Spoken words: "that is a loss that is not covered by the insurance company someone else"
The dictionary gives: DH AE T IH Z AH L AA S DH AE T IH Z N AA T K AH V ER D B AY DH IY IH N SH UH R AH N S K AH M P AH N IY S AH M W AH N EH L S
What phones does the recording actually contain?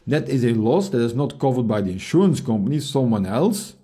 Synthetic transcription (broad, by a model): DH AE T IH Z AH L AA S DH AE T IH Z N AA T K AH V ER D B AY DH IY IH N SH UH R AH N S K AH M P AH N IY S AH M W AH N EH L S